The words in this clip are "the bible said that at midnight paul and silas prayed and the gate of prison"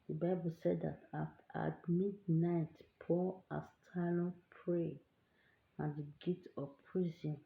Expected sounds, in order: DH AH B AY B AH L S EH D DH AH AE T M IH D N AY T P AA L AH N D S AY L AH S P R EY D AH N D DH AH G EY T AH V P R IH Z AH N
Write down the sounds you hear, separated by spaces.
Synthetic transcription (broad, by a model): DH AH B AY B AH L S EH D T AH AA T M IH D N AY T P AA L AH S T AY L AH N P R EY AH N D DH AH G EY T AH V P R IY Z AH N